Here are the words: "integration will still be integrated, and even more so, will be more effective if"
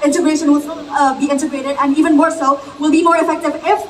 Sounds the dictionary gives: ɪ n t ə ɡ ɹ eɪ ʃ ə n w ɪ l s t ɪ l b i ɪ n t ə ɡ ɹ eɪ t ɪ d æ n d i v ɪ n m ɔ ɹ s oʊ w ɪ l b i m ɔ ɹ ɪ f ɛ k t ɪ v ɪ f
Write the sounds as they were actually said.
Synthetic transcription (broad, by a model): ɪ n t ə ɡ ɹ eɪ ʃ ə n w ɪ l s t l b i ɪ n t ə ɡ ɹ eɪ t ɪ d æ n d i v ɪ n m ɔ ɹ s oʊ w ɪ l b i m ɔ ɹ ɪ f ɛ k t ɪ v ɪ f